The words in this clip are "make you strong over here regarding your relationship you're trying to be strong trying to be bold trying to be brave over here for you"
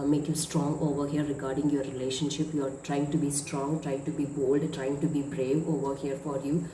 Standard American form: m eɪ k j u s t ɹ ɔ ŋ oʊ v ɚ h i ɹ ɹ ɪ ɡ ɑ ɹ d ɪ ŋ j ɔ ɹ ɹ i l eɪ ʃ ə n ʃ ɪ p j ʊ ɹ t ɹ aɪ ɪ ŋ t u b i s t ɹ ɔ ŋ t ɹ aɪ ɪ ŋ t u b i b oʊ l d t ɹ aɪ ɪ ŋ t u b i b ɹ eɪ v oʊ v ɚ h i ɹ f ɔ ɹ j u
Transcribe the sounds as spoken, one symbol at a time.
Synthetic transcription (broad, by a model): m eɪ k j u s t ɹ ɔ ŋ oʊ v ɚ h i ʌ ɹ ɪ ɡ ɑ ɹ d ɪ ŋ j ɔ ɹ ɹ i l eɪ ʃ ə n ʃ ɪ p j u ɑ t ɹ aɪ ɪ ŋ t u b i s t ɹ ɔ ŋ t ɹ aɪ ɪ ŋ t u b i b oʊ l d t ɹ aɪ ɪ ŋ t u b i b ɹ eɪ v oʊ v ɚ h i ɹ f ɔ ɹ j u